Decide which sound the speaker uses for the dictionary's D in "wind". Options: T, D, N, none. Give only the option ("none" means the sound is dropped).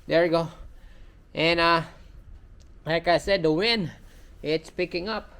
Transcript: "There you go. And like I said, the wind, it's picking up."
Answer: none